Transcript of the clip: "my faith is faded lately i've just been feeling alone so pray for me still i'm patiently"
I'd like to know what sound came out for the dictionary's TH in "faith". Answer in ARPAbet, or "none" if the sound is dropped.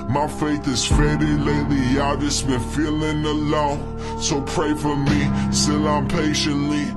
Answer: TH